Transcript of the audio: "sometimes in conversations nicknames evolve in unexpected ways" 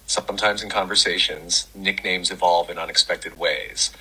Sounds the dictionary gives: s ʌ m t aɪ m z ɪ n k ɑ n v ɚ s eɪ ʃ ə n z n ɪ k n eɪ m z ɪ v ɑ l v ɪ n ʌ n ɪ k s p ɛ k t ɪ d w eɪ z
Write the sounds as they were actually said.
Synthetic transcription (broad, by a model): s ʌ m t aɪ m z ɪ n k ɑ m v ɚ s eɪ ʃ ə n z n ɪ k n eɪ m z ɪ v ɑ l v ɪ n ʌ n ɪ k s p ɛ k t ɪ d w eɪ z